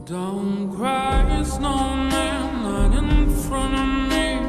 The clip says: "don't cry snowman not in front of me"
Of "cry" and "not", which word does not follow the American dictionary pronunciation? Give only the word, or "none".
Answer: not